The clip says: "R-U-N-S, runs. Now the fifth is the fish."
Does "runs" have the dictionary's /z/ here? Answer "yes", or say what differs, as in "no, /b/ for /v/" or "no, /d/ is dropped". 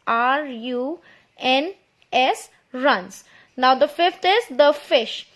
no, /s/ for /z/